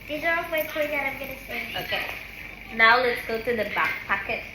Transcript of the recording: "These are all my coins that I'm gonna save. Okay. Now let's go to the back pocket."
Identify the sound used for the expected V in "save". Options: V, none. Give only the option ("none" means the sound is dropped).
none